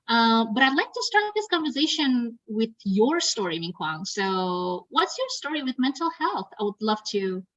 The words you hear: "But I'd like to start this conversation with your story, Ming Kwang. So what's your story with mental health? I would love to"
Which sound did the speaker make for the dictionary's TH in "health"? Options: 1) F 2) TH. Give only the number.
2